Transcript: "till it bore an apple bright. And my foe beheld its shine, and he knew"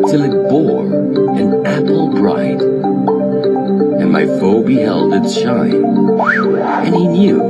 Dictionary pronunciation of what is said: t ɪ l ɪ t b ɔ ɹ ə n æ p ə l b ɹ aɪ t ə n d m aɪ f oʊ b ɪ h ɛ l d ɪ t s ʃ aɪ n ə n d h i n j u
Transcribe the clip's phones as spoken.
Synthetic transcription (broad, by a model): t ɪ l ɪ t b ɔ ɹ ə n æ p l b ɹ aɪ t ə n m aɪ f oʊ b ɪ h ɛ l d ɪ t ʃ aɪ ə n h i n j u